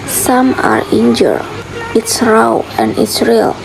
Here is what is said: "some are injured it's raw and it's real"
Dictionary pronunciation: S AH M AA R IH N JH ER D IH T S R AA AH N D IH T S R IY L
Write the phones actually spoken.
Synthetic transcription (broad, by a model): S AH M AA R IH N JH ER IH T S R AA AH N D IH T S R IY L